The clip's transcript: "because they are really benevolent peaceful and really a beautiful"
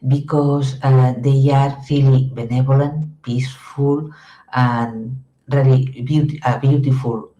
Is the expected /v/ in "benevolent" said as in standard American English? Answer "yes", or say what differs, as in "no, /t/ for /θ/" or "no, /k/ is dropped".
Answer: no, /b/ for /v/